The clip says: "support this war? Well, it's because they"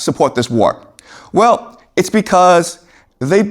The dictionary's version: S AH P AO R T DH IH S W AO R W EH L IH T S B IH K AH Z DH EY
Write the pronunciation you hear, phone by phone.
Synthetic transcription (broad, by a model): S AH P AO R T DH IH S W AO R W EH L IH T S B IH K AH Z DH EY